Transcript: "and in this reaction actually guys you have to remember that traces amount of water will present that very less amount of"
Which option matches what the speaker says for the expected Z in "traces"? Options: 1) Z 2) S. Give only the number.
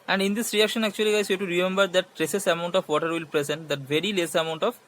2